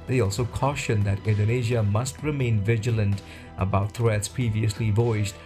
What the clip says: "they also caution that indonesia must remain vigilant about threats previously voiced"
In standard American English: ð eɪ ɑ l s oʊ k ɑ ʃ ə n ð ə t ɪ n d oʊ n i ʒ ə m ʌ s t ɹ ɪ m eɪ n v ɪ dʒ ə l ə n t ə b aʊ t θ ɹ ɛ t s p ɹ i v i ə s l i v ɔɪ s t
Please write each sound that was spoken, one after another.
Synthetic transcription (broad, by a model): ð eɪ ɑ l s oʊ k ɑ ʃ ə n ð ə t ɪ n d oʊ n i ʒ ə m ʌ s t ɹ ɪ m eɪ n v ɪ dʒ ə l ə n t ə b aʊ t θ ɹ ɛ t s p ɹ i v i ə s l i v ɔɪ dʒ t